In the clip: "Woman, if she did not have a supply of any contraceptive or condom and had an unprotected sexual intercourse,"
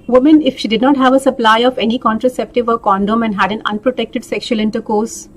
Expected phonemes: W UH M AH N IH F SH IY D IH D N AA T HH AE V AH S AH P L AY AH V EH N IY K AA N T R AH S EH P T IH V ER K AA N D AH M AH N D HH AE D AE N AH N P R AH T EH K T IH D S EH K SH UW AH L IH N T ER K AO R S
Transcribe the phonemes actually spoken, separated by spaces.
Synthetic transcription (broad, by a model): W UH M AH N IH F SH IY D IH D N AA T HH AE V AH S AH P L AY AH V EH N IY K AA N T R AH S EH P T IH V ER K AA N D AH M AH N D HH AE D AE N AH N P R AH T EH K T IH D S EH K SH UW AH L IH N T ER K AO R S